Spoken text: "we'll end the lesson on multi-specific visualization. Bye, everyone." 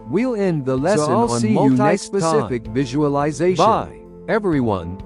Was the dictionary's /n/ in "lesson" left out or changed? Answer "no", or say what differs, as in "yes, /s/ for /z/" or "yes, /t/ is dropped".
yes, /l/ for /n/